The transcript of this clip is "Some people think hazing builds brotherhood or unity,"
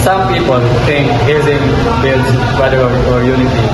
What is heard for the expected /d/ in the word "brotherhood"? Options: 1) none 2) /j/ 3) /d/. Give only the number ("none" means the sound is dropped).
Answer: 1